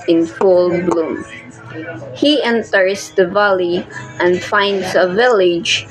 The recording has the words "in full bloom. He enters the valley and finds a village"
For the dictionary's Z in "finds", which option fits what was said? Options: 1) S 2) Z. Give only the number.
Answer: 1